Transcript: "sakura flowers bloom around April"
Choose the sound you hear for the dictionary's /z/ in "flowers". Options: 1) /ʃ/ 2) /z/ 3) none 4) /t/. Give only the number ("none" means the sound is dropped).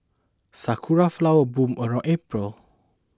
3